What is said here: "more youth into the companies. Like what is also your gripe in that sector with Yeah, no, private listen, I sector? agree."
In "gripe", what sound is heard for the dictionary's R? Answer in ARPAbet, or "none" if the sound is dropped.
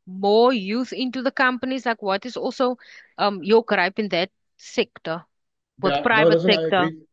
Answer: R